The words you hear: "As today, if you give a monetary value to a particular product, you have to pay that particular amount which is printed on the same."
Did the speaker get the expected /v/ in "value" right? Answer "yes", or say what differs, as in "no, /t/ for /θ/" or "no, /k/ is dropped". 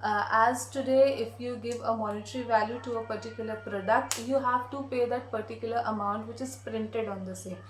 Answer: yes